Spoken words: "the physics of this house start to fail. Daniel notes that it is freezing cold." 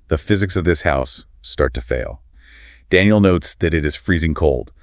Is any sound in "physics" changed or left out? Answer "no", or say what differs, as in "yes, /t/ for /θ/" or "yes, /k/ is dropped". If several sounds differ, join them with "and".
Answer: no